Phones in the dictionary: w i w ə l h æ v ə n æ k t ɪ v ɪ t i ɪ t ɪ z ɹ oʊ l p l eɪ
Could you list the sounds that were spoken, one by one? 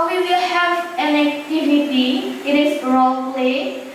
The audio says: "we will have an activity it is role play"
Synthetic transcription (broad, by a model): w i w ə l h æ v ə l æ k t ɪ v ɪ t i ɪ t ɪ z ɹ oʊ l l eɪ